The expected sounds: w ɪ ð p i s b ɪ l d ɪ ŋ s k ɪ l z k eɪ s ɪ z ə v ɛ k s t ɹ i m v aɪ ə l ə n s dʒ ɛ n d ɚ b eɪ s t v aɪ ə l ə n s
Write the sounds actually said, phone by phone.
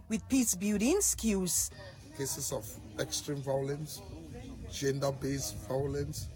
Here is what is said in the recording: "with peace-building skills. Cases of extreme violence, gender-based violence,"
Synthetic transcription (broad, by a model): w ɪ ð p i s b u d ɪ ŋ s k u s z k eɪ s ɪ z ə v ɛ k s t ɹ i m v aɪ ə l ə n s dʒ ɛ n d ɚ b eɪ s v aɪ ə l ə n s